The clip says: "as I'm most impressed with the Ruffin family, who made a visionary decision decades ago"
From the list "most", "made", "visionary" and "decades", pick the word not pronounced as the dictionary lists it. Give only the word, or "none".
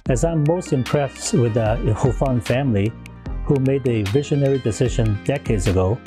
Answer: none